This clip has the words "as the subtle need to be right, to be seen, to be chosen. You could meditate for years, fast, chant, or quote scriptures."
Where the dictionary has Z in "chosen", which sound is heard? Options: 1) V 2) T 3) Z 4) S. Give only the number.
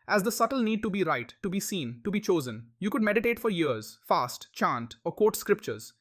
3